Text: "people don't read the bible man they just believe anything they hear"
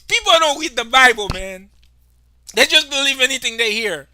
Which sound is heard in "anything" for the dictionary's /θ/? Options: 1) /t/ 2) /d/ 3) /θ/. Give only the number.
3